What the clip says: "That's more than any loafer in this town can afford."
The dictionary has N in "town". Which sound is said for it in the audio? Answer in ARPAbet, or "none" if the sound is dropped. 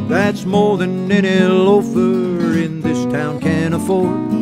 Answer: N